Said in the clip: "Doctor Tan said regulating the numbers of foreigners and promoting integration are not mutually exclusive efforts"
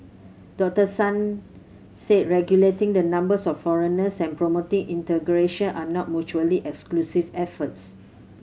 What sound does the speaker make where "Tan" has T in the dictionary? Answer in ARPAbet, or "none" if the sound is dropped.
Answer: S